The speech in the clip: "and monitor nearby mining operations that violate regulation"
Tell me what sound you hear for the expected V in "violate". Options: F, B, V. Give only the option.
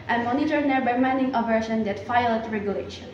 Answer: F